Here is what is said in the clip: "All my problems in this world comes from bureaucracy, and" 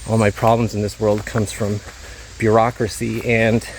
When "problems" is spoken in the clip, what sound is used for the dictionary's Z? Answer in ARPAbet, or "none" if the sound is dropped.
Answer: Z